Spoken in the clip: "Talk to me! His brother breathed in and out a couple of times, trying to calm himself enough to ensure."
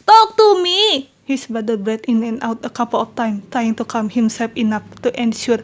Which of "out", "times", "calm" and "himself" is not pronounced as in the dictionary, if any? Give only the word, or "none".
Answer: times